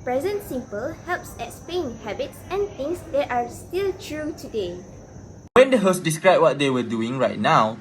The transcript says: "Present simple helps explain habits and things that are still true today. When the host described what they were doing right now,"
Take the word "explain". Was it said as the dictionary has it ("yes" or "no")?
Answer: no